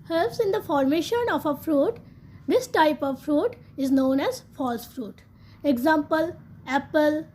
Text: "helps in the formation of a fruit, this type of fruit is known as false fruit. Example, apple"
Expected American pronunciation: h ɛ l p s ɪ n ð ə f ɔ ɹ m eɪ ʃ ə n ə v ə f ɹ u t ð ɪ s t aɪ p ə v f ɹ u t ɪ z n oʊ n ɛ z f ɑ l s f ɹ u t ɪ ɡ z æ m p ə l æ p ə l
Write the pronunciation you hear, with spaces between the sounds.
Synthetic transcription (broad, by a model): h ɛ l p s ɪ n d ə f ɔ ɹ m eɪ ʃ ə n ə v ə f ɹ u t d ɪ s t aɪ p ə v f ɹ u t ɪ z n oʊ n ɛ z f ɑ l s f ɹ u t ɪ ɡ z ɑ m p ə l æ p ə l